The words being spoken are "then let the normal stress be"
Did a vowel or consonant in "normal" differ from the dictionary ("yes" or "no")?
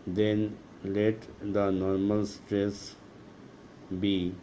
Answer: no